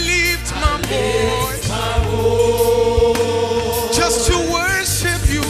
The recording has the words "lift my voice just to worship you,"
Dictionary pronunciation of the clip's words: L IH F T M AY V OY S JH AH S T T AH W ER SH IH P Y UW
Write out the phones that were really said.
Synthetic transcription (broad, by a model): L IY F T M AY B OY JH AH S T T AH W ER SH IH P Y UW